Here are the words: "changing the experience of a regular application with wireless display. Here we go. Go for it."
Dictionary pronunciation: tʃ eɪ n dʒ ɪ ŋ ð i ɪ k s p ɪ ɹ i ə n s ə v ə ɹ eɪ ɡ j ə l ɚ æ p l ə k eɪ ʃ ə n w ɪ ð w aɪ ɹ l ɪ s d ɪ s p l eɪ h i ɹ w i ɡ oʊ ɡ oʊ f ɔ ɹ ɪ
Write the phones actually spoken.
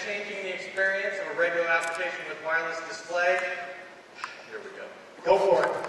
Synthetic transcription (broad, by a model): tʃ eɪ n dʒ ɪ ŋ ð i ɪ k s p ɪ ɹ i ə n s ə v ə ɹ eɪ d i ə ʊ æ p l ə k eɪ ʃ ə n w ɪ ð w aɪ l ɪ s d ɪ s p l eɪ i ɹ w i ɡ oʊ ɡ oʊ f ɔ ɹ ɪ